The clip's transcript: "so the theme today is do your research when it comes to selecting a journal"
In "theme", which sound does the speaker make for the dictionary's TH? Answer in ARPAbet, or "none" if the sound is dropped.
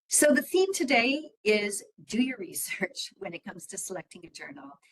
TH